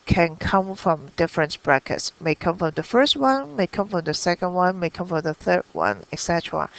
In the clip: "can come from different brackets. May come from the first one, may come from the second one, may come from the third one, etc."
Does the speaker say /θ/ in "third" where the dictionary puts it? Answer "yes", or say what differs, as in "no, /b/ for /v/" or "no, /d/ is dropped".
yes